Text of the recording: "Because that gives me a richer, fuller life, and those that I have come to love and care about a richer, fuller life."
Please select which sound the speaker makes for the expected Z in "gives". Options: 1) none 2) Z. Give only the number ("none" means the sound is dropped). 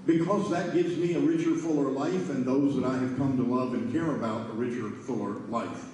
2